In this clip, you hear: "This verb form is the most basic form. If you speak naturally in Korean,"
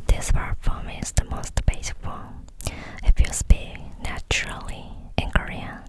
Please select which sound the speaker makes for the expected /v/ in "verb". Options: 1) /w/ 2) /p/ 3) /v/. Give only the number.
2